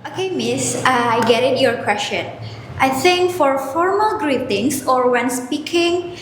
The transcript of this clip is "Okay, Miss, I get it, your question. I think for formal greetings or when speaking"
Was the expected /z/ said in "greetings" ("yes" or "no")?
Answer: no